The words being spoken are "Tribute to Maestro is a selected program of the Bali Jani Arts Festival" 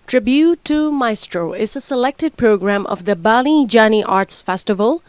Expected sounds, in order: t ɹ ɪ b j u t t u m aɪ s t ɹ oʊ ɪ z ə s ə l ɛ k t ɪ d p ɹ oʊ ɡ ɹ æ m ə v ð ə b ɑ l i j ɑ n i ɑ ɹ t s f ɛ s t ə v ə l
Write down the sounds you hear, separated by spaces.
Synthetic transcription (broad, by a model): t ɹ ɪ b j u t t u m aɪ s t ɹ oʊ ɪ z ə s ə l ɛ k t ɪ d p ɹ oʊ ɡ ɹ æ m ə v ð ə b ɑ l i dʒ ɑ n i ɑ ɹ t s f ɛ s t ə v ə l